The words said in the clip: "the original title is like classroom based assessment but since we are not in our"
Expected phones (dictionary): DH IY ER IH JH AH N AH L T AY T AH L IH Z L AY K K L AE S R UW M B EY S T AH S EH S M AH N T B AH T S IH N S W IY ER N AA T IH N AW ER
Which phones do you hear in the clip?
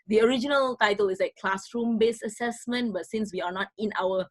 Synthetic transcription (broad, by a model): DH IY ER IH JH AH N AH L T AY T AH L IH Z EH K K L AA S R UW M B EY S AH S EH S M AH N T B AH T S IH N S W IY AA N AA T IH N AW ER